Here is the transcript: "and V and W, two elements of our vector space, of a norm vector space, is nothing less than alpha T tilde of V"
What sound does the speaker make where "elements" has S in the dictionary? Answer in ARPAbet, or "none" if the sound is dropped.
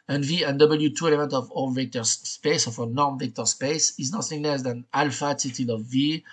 none